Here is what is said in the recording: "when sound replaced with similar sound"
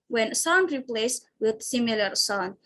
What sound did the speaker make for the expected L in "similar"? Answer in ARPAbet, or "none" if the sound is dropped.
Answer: L